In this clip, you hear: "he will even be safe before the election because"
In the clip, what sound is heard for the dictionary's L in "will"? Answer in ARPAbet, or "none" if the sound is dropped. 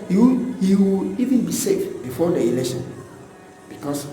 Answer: W